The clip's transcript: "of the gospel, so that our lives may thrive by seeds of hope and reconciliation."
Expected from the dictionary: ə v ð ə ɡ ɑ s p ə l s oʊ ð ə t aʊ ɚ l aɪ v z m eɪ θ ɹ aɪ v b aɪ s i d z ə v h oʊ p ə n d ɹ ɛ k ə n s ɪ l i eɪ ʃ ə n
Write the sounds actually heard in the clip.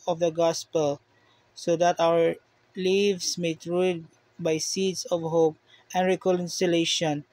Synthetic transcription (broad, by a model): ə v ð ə ɡ ɑ s p ə l s oʊ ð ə t aʊ ɚ l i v s m eɪ t ɹ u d b aɪ s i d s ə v h oʊ p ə n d ɹ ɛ k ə n s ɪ l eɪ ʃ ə n